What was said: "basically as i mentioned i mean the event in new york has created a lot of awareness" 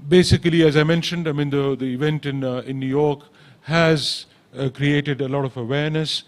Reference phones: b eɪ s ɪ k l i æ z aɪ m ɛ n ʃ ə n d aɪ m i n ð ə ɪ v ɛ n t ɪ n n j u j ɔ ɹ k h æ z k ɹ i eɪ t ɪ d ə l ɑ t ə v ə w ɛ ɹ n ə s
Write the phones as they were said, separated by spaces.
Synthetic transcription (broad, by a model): b eɪ s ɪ k l i æ z aɪ m ɛ n ʃ ə n d aɪ m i n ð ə ɪ v ɛ n t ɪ n n j u j ɔ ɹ k h æ z k ɹ i eɪ t ɪ d ə l ɑ t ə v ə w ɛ ɹ n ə s